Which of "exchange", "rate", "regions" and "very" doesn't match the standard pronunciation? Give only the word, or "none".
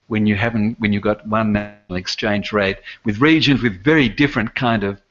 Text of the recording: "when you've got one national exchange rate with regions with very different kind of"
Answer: none